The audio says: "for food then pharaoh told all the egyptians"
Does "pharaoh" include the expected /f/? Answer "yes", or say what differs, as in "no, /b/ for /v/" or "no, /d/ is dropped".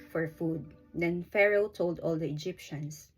yes